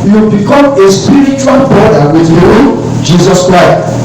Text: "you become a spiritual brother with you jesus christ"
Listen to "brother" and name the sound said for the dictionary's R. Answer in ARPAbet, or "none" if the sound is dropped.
none